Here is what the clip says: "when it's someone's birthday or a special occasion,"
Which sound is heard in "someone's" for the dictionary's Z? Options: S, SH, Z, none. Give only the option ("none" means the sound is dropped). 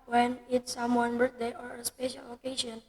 none